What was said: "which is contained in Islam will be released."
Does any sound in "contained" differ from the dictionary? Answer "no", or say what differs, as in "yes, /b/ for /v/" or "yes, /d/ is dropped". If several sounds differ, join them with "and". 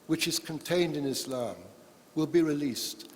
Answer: no